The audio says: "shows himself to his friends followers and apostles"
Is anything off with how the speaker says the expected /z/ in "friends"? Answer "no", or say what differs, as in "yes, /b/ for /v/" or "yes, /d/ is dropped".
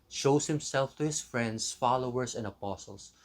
yes, /s/ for /z/